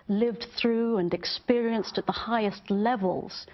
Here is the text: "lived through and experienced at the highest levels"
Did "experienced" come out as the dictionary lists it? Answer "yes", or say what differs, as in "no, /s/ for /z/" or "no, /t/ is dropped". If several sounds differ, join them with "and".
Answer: yes